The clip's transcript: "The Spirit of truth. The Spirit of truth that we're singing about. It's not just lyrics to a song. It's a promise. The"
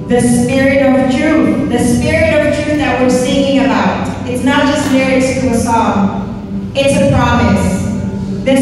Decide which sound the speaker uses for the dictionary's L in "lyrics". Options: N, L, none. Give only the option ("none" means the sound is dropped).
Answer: N